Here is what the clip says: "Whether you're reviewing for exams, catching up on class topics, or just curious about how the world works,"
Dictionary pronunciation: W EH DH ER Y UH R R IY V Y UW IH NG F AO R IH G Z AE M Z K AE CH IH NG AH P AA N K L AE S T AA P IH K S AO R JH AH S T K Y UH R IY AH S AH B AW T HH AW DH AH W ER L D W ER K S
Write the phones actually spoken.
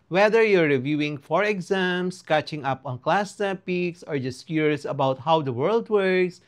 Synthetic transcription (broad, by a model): W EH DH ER Y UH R R IY V Y UW IH NG F AO R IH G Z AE M S K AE CH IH NG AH P AA N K L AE S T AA P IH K S AO R JH AH S T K Y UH R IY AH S AH B AW T HH AW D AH W ER L D W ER K S